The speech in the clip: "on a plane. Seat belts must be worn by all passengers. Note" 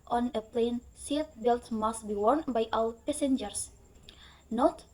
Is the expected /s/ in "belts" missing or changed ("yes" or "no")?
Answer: yes